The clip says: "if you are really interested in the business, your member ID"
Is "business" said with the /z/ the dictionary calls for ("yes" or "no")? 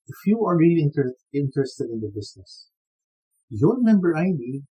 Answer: no